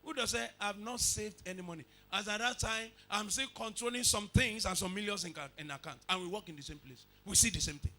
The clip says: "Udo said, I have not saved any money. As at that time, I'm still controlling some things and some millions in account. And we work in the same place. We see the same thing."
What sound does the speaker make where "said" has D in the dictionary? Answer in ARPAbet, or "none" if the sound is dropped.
none